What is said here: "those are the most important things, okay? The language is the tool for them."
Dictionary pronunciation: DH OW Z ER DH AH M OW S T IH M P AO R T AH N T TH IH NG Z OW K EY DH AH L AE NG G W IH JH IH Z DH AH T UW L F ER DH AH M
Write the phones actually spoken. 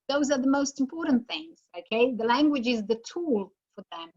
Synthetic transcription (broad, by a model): DH OW Z ER DH AH M OW S T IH M P AO R T N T TH IH NG Z OW K EY DH AH L AE NG G W IH JH IH Z DH AH T UW L F ER DH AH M